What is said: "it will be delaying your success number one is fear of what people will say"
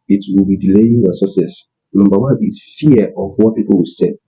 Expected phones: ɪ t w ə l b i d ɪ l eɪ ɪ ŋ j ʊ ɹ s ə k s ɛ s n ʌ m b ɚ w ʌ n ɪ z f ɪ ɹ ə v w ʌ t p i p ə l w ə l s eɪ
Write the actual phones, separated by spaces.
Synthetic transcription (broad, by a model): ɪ t w ə l b i d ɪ l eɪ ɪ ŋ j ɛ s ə s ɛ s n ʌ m b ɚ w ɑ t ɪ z f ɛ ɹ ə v w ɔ t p i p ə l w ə s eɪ